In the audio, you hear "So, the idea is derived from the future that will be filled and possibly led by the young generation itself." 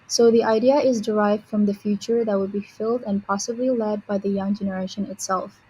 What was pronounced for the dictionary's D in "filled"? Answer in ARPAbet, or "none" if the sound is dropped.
D